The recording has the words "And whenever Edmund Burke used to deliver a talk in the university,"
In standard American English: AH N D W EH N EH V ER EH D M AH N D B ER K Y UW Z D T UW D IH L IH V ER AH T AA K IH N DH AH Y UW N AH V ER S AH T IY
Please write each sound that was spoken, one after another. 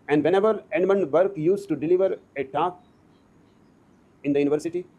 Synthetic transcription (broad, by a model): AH N D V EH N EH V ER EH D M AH N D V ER K Y UW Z T UW D IH L IH V ER AH T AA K IH N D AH Y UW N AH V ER S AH T IY